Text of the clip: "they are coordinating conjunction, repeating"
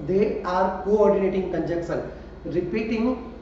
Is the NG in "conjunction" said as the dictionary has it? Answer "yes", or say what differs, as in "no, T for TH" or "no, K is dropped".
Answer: no, NG is dropped